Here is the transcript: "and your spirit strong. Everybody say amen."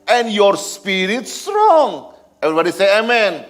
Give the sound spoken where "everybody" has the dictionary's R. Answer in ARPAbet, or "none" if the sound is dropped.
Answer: R